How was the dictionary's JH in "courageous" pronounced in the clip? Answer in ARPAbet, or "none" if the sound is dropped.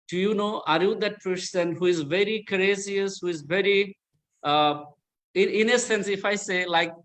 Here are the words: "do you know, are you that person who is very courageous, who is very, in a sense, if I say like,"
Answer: Z